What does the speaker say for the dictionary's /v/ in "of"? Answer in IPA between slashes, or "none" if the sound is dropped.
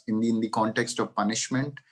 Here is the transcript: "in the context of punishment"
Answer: /v/